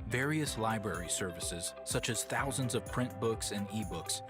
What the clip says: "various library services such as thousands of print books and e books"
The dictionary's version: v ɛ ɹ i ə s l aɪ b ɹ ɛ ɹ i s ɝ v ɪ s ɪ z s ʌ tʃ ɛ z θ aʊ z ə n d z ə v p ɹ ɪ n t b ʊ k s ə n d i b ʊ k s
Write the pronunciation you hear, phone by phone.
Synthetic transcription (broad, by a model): v ɛ ɹ i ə s l aɪ b ɹ ɛ ɹ i s ɝ v ɪ s ɪ z s ʌ tʃ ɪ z θ aʊ z ə n d z ə v p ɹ ɪ n b ʊ k s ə n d i b ʊ k s